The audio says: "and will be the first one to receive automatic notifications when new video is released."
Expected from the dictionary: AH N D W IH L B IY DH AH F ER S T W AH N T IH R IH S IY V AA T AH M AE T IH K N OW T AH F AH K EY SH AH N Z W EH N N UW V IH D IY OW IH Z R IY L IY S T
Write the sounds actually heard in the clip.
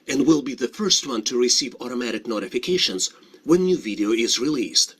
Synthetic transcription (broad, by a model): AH N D W IH L B IY DH AH F ER S T W AH N T IH R IH S IY V AA T AH M AE T IH K N OW T AH F AH K EY SH AH N Z W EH N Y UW V IH D IY OW IH Z R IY L IY S T